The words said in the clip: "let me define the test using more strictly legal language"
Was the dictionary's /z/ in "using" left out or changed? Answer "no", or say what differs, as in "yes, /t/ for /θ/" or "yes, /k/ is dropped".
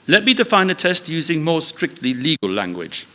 no